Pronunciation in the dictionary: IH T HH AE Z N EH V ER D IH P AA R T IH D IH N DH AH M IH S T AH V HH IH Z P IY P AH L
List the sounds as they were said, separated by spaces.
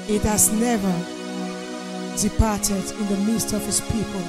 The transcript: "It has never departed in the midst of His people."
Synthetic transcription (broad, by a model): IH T HH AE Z N EH V ER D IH P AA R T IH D IH N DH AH M IH S T AH V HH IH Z P IY P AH L